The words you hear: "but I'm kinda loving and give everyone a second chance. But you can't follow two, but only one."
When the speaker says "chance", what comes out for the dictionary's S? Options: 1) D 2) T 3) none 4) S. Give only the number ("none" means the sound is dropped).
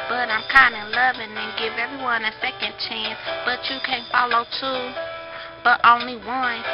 4